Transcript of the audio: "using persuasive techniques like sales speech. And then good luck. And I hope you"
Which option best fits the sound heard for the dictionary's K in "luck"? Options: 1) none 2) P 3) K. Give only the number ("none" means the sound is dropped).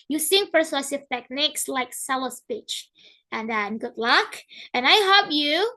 3